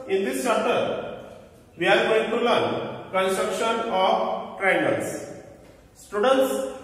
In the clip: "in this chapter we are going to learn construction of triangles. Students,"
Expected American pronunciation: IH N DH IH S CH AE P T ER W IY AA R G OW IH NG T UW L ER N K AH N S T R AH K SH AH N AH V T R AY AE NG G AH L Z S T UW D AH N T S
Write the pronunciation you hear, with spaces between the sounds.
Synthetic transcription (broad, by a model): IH N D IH S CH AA T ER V IY AA R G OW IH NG T UW L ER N K AH N S T R AH K SH AH N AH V T R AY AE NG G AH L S S T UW D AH N T S